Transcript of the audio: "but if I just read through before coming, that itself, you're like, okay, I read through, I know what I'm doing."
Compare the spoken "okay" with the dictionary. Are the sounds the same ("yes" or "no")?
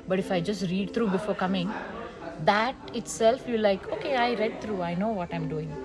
yes